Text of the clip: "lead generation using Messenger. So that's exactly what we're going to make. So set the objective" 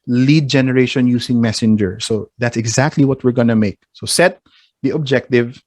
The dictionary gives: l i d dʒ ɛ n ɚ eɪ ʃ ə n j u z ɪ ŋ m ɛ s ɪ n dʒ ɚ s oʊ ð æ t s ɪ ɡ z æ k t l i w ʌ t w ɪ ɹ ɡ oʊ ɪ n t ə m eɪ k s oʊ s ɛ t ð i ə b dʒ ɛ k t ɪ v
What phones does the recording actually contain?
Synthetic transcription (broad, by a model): l i d dʒ ɛ n ɚ eɪ ʃ ə n j u s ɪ ŋ m ɛ s ɪ n dʒ ɚ s oʊ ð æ t s ɪ ɡ z æ k t l i w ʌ t w ɪ ɹ ɡ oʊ n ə m eɪ k s oʊ s ɛ t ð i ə b dʒ ɛ k t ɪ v